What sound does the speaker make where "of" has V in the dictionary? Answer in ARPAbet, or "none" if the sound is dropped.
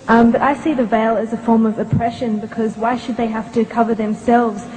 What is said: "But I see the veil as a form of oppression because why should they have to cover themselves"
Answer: V